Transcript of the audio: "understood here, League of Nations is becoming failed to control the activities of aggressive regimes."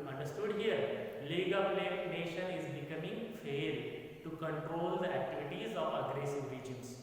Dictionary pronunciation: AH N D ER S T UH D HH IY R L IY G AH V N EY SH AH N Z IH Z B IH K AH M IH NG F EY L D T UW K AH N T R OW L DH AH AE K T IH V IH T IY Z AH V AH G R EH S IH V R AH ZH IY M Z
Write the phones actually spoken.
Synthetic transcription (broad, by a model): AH N D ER S T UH D HH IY R L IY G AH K N EY SH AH N IH Z B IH K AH M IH NG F EY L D T UW K AH N T R OW L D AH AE K T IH V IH T IY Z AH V AH G R EH S IH V R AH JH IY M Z